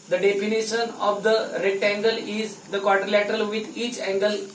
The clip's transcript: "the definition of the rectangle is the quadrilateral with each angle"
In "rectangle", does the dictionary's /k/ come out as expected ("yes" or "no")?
no